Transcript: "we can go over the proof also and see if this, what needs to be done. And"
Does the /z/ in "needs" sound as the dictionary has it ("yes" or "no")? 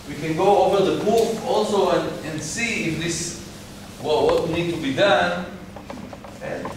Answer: no